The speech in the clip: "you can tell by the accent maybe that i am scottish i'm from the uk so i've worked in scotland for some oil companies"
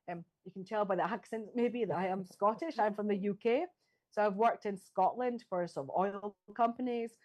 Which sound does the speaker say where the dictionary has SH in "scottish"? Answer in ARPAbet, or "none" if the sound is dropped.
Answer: SH